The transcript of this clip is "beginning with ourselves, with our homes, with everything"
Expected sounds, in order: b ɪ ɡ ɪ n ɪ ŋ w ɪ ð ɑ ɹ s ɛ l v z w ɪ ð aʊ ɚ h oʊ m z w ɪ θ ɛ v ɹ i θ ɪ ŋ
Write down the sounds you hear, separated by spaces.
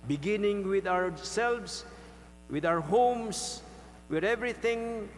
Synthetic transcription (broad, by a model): b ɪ ɡ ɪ n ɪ ŋ w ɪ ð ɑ w s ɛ l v s w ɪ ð aʊ ɚ h oʊ m s w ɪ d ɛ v ɹ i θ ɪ ŋ